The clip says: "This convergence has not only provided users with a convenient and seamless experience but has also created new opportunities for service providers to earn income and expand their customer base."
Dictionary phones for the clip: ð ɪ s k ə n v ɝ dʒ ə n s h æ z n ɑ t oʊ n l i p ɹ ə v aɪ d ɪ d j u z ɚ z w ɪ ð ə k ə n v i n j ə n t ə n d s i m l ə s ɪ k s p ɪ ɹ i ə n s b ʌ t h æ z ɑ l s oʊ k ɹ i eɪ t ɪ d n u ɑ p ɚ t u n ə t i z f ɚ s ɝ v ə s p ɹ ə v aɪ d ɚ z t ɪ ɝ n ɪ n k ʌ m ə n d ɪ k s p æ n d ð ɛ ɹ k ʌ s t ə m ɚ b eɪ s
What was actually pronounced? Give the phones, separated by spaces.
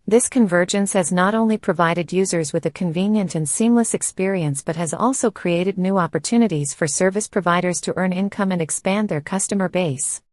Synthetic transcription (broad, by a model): ð ɪ s k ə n v ɝ dʒ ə n s h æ z n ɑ t oʊ n l i p ɹ ə v aɪ d ɪ d j u z ɚ z w ɪ ð ə k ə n v i n j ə n t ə n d s i m l ə s ɪ k s p ɪ ɹ i ə n s b ʌ t h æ z ɑ l s oʊ k ɹ i eɪ t ɪ d n u ɑ p ɚ t u n ə t i z f ɚ s ɝ v ə s p ɹ ə v aɪ d ɚ z t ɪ ɝ n ɪ n k ʌ m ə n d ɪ k s p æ n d ð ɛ ɹ k ʌ s t ə m ɚ b eɪ s